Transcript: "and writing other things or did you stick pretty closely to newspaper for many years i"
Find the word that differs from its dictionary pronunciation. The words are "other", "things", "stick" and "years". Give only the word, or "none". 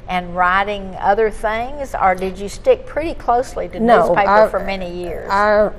none